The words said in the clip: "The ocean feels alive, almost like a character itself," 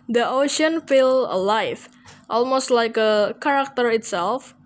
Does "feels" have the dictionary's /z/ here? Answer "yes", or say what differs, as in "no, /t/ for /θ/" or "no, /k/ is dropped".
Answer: no, /z/ is dropped